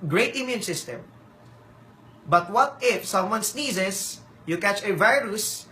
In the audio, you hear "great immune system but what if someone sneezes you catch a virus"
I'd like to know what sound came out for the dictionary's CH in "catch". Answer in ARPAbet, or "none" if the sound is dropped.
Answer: CH